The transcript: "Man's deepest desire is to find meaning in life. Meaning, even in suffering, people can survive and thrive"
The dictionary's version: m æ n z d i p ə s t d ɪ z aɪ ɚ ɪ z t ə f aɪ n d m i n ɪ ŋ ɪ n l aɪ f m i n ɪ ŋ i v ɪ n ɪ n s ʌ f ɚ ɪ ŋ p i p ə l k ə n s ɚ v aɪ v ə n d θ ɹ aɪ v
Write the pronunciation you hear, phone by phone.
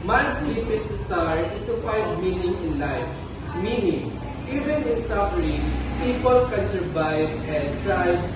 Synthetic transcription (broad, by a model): m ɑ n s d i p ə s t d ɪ s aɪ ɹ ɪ s t ə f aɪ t m i n ɪ ŋ ɪ n l aɪ f m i n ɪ ŋ i v ɪ n ɪ n s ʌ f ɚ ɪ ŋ p i p ə l k ə n s ɚ v aɪ v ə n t ɹ aɪ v